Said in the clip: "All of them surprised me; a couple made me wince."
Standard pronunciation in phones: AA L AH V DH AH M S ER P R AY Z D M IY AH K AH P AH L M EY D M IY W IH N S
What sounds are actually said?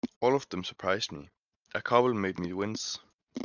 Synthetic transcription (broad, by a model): AA L AH V DH AH M S ER P R AY Z D M IY AH K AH B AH L M EY D M IY W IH N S